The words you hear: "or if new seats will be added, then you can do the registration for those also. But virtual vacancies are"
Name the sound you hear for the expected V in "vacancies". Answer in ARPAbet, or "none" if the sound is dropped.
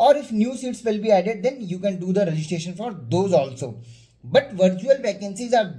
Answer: P